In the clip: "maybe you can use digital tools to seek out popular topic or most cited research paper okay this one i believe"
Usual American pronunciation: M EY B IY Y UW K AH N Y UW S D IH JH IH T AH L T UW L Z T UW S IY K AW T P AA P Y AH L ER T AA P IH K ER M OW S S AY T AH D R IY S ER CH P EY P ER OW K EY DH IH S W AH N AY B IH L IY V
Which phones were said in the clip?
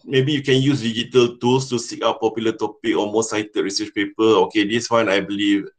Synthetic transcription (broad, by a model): M EY B IY Y UW K AH N Y UW S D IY JH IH T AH L T UW L S T UW S IY K AW T P AA P Y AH L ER T AA P IH K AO M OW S S AY T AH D R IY S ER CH P EY P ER OW K EY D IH S W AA N AY B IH L IY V